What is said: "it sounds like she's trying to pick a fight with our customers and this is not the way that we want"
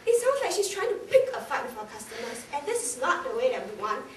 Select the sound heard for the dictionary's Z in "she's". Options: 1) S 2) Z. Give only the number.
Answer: 1